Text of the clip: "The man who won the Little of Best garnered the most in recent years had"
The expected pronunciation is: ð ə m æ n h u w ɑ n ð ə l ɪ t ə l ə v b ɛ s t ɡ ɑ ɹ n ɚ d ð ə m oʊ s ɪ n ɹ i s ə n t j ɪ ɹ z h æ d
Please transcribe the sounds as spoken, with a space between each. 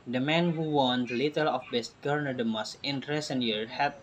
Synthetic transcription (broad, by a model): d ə m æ n h u w ɑ n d l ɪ t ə l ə f b ɛ s t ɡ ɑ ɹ n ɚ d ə m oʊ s ɪ n ɹ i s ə n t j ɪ ɹ h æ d